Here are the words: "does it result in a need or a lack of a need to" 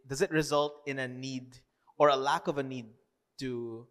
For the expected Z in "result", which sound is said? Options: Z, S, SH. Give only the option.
Z